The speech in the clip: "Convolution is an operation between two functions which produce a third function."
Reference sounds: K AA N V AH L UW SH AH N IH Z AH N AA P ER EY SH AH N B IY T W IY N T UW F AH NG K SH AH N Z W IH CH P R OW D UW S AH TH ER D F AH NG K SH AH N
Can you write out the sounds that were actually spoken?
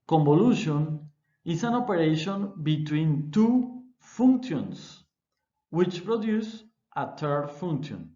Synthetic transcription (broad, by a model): K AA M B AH L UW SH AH N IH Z AH N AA P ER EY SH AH N B IY T W IY N T UW F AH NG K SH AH N S W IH CH P R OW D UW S AH T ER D F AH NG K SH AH N